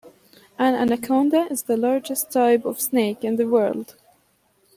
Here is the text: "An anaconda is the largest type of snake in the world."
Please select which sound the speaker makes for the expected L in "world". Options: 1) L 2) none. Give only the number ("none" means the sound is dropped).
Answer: 1